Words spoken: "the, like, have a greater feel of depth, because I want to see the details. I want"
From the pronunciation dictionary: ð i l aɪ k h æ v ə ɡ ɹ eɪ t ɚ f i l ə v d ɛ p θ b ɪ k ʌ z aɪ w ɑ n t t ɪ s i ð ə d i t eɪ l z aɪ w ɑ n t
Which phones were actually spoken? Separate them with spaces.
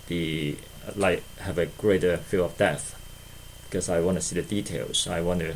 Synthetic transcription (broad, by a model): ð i l aɪ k h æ v ə ɡ ɹ eɪ t ɚ f i l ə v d ɛ θ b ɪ k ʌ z aɪ w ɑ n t t ɪ s i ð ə d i t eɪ l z aɪ w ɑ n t